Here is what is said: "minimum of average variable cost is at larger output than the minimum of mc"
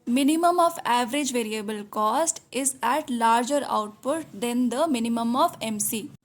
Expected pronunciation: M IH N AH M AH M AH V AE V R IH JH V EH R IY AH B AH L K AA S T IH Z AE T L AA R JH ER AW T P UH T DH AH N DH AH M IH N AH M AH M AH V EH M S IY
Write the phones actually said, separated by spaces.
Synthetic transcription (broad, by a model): M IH N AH M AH M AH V AE V R IH JH V EH R IY AH B AH L K AA S T IH Z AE T L AA R JH ER AW T P UH T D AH N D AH M IH N AH M AH M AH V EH M S IY